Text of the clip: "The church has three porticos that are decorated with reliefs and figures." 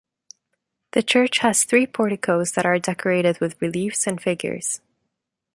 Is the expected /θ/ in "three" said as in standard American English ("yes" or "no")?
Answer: yes